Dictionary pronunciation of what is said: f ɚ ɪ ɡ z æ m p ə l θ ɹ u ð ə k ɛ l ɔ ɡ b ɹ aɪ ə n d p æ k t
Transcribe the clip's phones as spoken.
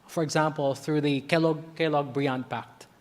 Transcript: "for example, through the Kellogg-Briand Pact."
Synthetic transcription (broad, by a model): f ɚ ɪ ɡ z æ m p ə l θ ɹ u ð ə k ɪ l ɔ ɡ b ɹ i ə n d p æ k t